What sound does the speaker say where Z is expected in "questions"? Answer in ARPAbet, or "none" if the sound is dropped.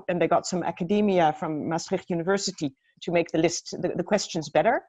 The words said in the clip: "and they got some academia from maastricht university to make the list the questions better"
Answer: Z